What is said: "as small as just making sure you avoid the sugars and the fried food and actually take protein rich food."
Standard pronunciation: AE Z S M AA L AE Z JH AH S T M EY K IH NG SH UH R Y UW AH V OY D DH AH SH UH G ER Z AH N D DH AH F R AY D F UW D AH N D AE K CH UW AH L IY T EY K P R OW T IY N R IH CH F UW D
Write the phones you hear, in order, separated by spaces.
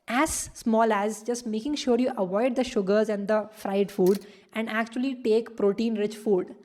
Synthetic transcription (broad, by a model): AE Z S M AA L AE Z JH AH S T M EY K IH NG SH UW R Y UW AH V OY D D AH SH UH G ER Z AH N D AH F R AY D F UW D AH N D AE K CH UW AH L IY T EY K P R OW T IY N R IH CH F UW D